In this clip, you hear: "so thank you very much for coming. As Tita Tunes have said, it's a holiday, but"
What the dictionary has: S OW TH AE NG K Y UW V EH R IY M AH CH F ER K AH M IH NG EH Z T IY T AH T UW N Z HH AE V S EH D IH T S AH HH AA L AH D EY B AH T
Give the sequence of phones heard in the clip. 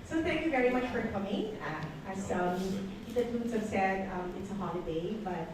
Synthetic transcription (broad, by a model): S OW TH AE NG K Y UW V EH R IY M AH CH F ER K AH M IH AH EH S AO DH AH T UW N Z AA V S EH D IH T S AH HH AA L AH D EY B AH T